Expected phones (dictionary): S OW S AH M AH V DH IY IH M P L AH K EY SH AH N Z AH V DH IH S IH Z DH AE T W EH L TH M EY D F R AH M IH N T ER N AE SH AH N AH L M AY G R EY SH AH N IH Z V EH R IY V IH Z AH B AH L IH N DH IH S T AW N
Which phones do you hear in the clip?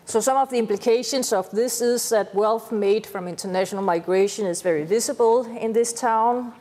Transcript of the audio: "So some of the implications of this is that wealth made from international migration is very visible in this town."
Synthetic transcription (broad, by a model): S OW S AH M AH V DH IY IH M P L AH K EY SH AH N S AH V DH IH S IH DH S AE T W EH L TH M EY D F R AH M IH N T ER N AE SH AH N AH L M AY G R EY SH AH N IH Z V EH R IY V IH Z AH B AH L IH N DH IH S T AW N